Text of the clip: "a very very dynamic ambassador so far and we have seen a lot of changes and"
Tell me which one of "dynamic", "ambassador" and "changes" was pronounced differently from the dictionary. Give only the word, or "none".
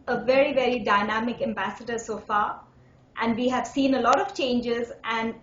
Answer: none